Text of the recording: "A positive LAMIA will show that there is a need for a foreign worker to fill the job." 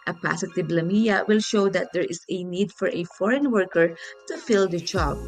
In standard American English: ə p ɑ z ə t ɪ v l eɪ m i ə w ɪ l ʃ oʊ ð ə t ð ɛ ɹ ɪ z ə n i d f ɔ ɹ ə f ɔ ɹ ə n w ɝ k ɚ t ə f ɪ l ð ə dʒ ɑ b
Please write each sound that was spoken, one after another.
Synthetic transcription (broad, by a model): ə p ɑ s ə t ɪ b l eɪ m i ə w ɪ l ʃ oʊ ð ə t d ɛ ɹ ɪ s ə n i d f ɔ ɹ ə f ɔ ɹ ə n w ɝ k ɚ t ə f ɪ l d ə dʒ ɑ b